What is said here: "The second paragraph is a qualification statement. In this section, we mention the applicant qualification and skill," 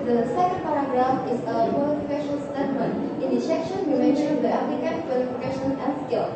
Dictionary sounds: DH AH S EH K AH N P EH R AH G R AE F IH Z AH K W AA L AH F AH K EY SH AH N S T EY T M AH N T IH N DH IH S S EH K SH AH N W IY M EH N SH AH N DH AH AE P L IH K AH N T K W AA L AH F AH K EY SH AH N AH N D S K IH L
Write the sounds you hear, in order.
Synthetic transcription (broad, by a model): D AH S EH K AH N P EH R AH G R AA IH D AH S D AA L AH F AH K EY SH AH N S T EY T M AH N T IH N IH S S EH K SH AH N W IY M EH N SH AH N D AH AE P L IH K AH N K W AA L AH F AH K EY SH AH N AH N S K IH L